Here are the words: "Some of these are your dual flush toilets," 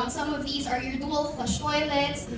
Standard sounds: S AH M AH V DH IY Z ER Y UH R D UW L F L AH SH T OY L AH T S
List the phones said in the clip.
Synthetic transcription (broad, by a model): S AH M AH V DH IY Z ER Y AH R D UW L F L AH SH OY L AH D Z